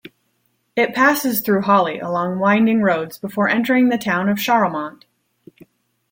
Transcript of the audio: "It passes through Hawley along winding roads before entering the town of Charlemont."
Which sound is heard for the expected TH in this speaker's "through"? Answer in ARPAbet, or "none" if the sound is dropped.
TH